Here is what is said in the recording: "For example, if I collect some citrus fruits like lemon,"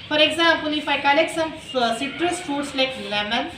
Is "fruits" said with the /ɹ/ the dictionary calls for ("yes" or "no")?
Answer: no